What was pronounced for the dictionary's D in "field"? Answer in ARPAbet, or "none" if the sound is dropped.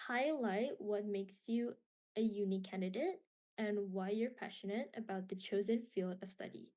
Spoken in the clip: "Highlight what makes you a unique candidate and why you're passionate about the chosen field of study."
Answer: D